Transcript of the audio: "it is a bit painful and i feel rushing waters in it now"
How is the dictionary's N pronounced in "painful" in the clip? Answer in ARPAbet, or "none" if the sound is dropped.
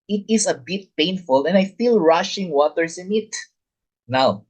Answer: N